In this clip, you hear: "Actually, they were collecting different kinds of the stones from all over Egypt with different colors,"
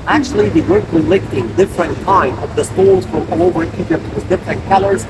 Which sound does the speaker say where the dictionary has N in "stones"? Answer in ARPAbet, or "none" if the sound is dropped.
L